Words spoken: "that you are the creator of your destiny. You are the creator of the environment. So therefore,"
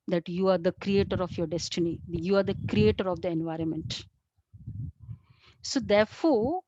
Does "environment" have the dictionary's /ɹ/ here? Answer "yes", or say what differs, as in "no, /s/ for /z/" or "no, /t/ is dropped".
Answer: yes